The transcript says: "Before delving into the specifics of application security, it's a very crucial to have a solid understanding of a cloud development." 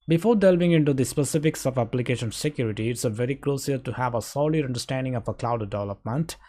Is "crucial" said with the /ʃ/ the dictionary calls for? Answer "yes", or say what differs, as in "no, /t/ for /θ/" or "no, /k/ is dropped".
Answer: no, /s/ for /ʃ/